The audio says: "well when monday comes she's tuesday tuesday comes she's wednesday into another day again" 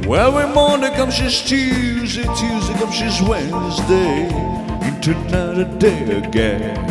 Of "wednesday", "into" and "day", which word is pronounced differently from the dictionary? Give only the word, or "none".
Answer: none